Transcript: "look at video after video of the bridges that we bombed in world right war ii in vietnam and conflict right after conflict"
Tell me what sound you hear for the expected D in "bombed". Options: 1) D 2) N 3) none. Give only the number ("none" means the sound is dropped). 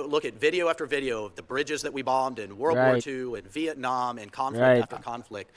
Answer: 1